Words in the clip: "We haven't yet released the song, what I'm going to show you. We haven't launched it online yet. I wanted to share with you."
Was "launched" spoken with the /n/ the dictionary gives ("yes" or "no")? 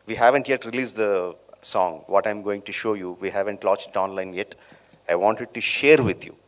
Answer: no